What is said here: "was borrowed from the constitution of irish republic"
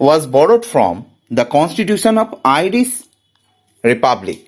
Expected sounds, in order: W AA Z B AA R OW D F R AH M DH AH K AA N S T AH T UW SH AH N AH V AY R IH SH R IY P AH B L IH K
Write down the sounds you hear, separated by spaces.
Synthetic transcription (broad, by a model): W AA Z B AA R OW D F R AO M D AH K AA N S T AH T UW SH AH N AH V AY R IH S R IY P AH B L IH K